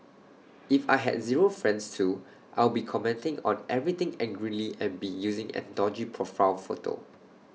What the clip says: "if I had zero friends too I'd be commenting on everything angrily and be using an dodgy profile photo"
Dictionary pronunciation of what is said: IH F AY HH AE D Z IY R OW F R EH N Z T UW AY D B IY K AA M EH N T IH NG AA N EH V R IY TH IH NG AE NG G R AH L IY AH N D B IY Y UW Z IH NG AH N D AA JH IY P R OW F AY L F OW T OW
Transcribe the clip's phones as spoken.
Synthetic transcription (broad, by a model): IH F AY HH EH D Z IY R OW F R EH N S T UW AY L B IY K AA M EH N T IH NG AA N EH V R IY T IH NG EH NG G R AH L IY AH N B IY Y UW Z IH NG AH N D AA JH IY P R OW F AY N F OW T OW